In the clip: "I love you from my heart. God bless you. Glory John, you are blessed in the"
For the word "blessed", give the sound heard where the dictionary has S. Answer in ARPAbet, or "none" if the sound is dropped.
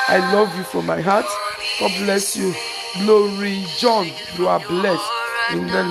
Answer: none